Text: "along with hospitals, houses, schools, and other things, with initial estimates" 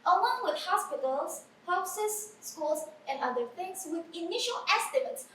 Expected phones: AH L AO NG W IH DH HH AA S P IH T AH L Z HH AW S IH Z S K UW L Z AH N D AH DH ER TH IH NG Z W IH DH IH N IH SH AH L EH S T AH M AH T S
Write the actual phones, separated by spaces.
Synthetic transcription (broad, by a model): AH L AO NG W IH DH HH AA S P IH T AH L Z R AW S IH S K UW L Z AH N D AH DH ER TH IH NG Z W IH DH IH N IH SH AH L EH S T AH M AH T S